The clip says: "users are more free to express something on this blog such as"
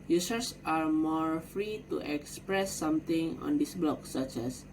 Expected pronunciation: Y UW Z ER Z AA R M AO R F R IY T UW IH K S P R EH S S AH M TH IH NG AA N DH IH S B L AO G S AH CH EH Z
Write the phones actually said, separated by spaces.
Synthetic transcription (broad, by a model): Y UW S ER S AA R M AO R F R IY T UW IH K S P R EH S S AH M T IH NG AA N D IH S B L AO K S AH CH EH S